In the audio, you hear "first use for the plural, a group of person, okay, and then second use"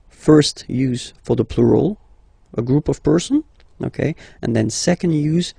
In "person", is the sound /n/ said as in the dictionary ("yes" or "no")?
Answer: yes